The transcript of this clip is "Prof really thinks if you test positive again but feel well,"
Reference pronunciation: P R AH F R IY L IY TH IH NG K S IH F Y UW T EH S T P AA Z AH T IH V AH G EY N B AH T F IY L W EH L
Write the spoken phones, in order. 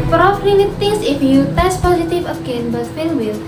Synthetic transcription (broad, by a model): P R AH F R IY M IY T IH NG S IH F Y UW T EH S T P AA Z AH T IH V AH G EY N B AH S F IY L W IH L